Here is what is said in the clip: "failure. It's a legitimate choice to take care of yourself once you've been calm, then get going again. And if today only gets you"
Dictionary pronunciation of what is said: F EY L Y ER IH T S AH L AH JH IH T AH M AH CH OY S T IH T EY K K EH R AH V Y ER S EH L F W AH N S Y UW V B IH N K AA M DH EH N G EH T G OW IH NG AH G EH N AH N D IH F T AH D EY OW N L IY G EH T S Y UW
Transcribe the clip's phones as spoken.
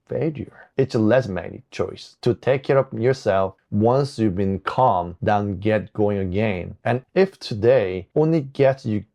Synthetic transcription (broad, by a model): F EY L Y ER IH T S AH L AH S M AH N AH CH OY S T IH T EY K K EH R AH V Y ER S EH L F W AH N S Y UW V B IH N K AA M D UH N G EH T G OW IH NG AH G EH N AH N IH F T AH D EY OW N L IY G EH T S Y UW